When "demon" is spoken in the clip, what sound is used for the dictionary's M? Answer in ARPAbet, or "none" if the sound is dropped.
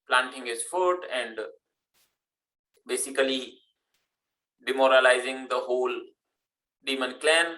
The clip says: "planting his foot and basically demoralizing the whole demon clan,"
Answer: M